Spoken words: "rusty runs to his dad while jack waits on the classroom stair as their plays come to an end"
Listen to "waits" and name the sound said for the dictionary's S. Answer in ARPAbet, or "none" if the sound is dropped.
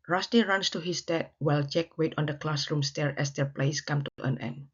none